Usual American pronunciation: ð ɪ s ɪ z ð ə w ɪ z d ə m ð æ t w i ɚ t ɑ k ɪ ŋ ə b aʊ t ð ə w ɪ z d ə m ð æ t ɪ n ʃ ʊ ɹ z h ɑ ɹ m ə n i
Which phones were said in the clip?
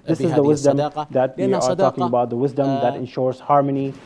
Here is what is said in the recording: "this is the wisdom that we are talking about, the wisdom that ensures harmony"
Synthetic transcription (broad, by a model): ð ɪ s ɪ z ð ə w ɪ z d ə m ð æ t w i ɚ t ɑ k ɪ ŋ ə b aʊ t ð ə w ɪ z d ə m ð æ t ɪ n ʃ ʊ ɹ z h ɑ ɹ m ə n i